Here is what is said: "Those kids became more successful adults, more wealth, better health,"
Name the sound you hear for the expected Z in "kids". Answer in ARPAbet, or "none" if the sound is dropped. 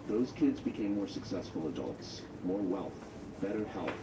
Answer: Z